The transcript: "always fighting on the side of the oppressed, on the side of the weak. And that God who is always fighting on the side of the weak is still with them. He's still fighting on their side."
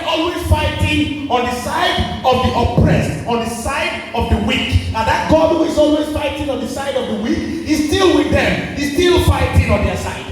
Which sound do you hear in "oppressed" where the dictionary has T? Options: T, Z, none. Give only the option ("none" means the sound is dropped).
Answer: T